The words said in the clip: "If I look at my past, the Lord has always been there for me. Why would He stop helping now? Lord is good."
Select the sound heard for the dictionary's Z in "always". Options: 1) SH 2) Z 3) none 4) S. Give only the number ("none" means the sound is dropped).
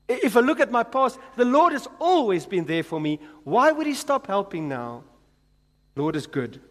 2